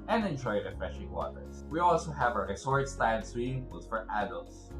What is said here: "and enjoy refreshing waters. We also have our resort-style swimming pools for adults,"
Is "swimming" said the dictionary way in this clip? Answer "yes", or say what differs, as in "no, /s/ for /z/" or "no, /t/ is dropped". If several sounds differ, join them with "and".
no, /m/ is dropped